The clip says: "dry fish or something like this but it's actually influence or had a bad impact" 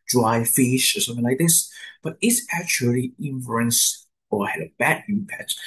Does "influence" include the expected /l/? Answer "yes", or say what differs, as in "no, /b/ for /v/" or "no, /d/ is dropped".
no, /l/ is dropped